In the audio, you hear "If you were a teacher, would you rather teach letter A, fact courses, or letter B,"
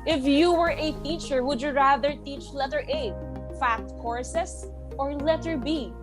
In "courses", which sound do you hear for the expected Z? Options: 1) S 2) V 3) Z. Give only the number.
1